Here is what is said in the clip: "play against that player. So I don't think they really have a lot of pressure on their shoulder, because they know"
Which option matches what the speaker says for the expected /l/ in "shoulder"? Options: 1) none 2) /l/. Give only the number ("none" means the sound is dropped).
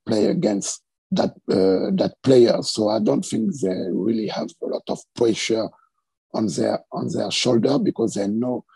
2